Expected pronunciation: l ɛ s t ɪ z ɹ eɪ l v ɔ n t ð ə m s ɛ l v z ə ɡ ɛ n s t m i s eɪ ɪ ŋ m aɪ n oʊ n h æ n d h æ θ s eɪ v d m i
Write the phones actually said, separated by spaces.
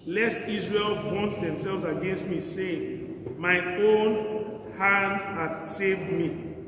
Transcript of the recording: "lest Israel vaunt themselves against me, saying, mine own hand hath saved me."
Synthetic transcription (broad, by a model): l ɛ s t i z ɹ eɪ l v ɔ n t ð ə m s ɛ l v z ə ɡ ɛ n s t m i s eɪ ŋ m aɪ oʊ n h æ n d h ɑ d s eɪ v d m i